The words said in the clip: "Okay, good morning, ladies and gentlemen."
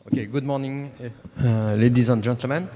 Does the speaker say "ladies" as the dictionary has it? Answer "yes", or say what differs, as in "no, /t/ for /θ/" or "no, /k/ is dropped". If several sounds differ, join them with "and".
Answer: yes